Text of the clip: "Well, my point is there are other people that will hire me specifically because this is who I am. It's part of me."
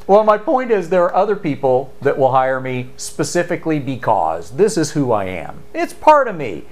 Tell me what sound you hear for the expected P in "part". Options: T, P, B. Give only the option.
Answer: P